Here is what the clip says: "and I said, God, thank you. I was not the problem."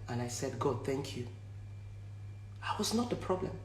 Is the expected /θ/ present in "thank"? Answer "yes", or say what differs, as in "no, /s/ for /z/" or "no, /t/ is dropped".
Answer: yes